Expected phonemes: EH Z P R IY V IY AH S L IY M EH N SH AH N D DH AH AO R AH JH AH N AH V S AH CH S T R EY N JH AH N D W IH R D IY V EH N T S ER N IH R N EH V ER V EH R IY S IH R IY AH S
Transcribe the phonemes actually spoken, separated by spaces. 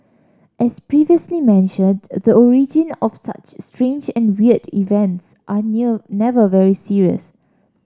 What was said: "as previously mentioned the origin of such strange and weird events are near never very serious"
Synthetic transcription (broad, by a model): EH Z P R IY V IY AH S L IY M EH N SH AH N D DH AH AO R AH JH AH N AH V S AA CH S T R EY N JH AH N W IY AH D IY V EH N T S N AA N EH V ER V EH R IY S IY R IY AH S